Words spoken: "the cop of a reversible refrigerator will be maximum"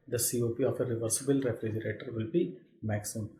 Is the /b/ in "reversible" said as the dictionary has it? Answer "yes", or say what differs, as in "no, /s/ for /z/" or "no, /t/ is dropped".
yes